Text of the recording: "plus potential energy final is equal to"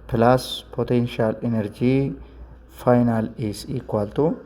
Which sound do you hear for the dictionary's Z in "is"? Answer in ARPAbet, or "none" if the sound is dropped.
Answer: S